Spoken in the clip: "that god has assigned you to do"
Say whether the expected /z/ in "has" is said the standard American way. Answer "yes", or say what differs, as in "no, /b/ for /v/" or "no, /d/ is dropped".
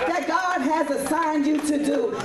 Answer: yes